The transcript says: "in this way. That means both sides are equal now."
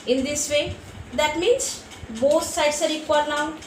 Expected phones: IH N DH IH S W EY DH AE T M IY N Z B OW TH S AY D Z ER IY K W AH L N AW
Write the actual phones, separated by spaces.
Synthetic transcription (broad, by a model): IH N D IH S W EY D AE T M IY N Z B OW S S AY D S ER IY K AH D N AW